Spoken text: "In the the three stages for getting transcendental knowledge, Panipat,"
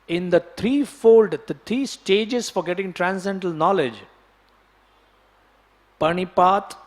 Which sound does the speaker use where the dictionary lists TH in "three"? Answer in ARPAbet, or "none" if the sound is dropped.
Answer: F